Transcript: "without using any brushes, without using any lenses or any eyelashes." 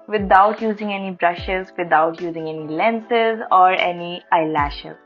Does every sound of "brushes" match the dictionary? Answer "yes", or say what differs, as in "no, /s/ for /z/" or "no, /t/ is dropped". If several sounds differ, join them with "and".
yes